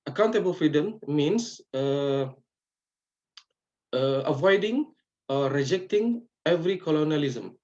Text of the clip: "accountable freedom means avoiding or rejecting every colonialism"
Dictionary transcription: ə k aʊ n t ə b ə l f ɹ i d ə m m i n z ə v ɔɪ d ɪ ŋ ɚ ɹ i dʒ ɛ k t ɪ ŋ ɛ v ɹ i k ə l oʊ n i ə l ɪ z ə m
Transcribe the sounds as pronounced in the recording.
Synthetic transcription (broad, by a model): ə k aʊ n t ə b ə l f ɹ i d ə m m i n s ə v ɔɪ d ɪ ŋ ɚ ɹ i dʒ ɛ k t ɪ ŋ ɛ v ɹ i k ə l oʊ n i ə l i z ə m